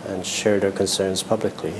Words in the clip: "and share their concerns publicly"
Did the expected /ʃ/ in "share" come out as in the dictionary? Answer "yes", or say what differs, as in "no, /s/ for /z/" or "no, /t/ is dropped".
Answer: yes